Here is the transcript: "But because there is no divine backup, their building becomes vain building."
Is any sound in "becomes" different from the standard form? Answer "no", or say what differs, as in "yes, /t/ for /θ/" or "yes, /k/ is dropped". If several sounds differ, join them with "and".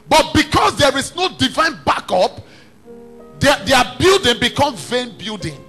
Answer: yes, /z/ is dropped